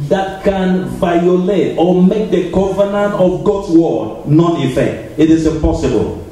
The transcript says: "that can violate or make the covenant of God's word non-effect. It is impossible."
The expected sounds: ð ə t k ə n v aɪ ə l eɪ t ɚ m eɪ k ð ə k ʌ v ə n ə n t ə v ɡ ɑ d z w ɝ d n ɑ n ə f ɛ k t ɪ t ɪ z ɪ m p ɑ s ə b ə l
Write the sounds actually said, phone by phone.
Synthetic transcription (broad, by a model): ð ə t k ə n v aɪ ə l eɪ t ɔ m eɪ k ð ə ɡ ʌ v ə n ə n t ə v ɡ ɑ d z w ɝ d n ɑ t ə f ɛ k t ɪ t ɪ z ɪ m p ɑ s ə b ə l